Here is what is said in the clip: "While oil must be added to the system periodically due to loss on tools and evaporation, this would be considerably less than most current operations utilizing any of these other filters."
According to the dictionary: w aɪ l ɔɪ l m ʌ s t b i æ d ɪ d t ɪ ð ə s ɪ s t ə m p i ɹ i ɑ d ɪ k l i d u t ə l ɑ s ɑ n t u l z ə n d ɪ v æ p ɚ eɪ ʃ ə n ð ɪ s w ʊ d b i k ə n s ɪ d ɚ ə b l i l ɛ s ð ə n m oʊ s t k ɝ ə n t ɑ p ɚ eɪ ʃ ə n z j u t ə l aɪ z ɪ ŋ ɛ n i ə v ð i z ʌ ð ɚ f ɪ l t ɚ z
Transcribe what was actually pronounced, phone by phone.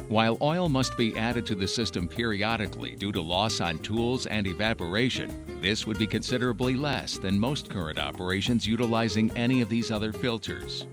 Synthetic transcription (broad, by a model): w aɪ l ɔɪ l m ʌ s t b i æ d ɪ d t ɪ ð ə s ɪ s t ə m p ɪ ɹ i ɑ d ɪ k l i d u t ə l ɑ s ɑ n t u l z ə n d ɪ v æ p ɚ eɪ ʃ ə n ð ɪ s w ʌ d b i k ə n s ɪ d ɚ ə b l i l ɛ s ð ə n m oʊ s t k ɝ ə n t ɑ p ɚ eɪ ʃ ə n z j u t ə l aɪ z ɪ ŋ ɛ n i ə v ð i z ʌ ð ɚ f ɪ l t ɚ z